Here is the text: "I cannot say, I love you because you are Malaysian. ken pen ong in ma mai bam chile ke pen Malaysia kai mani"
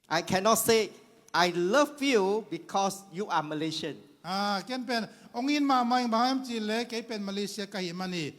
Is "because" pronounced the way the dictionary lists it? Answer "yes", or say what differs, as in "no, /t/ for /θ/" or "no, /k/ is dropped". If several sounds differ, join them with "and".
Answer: no, /s/ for /z/